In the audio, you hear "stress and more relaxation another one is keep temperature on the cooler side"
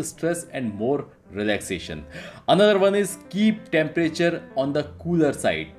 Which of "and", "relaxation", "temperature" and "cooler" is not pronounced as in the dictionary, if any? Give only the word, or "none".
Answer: none